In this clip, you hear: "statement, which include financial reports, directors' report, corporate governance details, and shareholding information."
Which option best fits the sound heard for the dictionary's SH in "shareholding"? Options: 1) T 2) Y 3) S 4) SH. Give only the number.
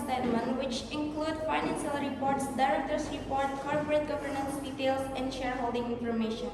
4